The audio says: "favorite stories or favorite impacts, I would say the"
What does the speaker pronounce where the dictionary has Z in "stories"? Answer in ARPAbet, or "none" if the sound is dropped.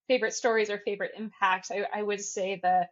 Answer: Z